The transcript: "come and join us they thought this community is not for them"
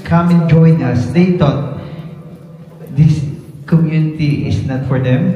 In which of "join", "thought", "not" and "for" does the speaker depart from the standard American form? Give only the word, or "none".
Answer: thought